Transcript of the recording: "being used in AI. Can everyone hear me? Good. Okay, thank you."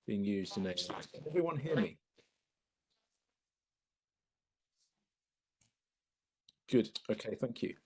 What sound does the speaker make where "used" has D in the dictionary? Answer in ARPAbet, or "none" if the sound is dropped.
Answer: D